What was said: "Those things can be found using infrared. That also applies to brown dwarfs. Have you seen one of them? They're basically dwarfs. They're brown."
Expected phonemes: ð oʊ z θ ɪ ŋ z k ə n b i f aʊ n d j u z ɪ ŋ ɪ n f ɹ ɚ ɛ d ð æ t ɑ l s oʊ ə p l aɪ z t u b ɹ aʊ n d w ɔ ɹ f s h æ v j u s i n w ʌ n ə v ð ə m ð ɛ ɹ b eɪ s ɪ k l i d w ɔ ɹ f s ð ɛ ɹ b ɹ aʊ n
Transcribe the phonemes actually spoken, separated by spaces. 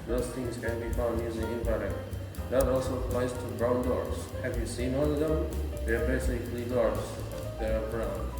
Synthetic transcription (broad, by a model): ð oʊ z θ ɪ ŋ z k ə n b i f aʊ n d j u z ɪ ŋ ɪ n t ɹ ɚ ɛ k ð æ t ɑ l s oʊ ə p l aɪ z t u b ɹ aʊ n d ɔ ɹ s h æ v j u s i n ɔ l ə v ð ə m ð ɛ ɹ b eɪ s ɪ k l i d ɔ ɹ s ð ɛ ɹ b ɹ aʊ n